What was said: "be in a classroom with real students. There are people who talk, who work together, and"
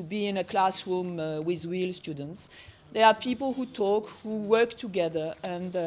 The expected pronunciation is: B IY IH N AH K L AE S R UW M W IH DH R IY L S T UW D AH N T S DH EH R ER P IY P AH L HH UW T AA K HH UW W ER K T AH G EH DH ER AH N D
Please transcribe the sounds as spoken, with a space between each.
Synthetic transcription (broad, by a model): B IY IH N AH K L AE S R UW M W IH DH W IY L S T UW D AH N T S DH EH R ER P IY P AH L HH UW T AA K HH UW W ER K T AH G EH DH ER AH N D